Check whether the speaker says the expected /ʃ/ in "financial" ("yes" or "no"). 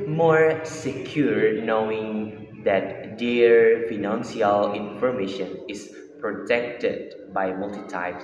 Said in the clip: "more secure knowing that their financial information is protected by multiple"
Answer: no